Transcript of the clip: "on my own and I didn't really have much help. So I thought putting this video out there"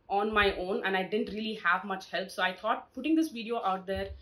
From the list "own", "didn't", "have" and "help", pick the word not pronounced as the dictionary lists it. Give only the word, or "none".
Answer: none